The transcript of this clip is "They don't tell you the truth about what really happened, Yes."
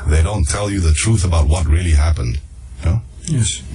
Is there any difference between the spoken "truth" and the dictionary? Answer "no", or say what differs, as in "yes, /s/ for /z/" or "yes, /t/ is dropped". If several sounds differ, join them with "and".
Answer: no